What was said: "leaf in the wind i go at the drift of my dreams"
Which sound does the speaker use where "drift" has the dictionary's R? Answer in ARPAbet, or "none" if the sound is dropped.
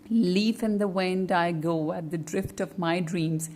R